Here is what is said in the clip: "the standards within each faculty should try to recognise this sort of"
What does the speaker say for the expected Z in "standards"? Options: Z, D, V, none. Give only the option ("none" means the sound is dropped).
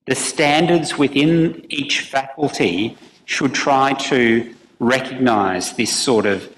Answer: Z